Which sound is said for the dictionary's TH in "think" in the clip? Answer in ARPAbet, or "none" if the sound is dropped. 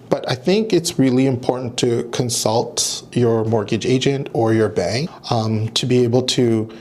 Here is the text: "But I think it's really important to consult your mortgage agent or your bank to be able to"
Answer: TH